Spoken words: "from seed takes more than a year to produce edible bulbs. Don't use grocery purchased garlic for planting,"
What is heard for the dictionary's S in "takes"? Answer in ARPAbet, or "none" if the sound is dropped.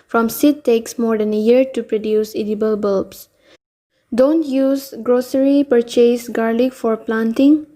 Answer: S